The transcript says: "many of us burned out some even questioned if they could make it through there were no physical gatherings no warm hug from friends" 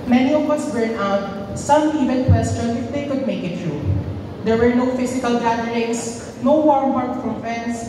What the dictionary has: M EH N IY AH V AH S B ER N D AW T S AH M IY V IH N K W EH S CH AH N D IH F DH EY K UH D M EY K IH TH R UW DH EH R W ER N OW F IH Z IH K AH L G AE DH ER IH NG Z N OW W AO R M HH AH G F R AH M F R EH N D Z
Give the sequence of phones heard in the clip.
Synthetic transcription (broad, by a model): M EH N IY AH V AH S B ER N AW T S AH M IY V IH N K W EH S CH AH N IH F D EY K UH D M EY K IH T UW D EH R W ER N OW F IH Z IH K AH L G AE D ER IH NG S N OW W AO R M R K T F R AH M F R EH N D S